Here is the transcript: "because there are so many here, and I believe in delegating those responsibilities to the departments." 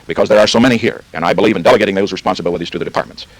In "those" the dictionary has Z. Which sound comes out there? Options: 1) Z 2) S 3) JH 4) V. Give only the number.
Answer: 1